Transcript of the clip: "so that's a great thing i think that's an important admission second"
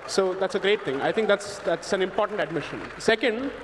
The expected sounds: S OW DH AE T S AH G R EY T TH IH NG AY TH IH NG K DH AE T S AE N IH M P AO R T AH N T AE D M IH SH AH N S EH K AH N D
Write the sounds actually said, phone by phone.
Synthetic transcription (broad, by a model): S OW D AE T S AH G R EY T T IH NG AY T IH NG K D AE T S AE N IH M P AO R T AH N T AE D M IH SH AH N S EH K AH N D